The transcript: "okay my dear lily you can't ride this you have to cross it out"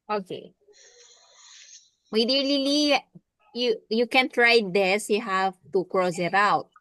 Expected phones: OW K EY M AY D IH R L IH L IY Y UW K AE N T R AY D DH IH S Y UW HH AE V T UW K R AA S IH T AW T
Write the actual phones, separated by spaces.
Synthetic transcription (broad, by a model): OW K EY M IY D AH L L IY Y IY Y UW K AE N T R AY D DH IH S Y UW HH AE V T UW K R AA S IH T AW T